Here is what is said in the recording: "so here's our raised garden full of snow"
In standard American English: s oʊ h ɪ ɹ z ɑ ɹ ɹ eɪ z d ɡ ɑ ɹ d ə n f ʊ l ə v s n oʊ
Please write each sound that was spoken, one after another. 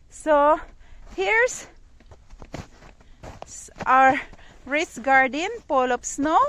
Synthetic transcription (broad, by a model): s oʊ h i ɹ s ɑ ɹ ɹ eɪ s ɡ ɑ ɹ d ə n p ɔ l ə p s n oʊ